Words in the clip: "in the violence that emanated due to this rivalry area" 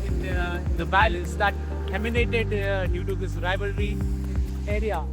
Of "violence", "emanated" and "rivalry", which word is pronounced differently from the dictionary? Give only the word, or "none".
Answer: violence